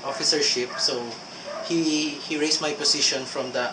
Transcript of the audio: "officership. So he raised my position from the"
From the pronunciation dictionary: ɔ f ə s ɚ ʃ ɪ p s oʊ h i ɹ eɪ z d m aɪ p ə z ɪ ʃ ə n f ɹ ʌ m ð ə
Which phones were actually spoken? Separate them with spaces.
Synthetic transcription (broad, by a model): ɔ f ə s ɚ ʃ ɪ p s oʊ h i ɹ eɪ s m aɪ p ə s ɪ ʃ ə n f ɹ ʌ m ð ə